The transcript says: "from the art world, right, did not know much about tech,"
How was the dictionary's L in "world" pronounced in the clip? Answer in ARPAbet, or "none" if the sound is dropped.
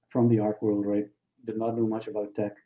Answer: L